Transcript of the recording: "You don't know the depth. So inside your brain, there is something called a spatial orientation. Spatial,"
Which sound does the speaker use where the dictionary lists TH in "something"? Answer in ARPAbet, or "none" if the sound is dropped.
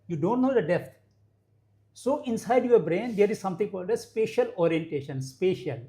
T